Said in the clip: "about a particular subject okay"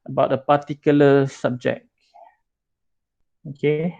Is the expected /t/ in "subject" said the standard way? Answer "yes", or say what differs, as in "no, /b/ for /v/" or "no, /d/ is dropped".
no, /t/ is dropped